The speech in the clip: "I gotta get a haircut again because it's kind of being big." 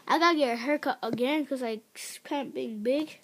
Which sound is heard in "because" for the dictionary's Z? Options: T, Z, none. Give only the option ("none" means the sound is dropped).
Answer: none